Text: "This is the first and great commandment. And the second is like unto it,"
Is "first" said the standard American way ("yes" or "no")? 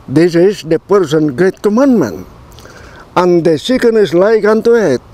no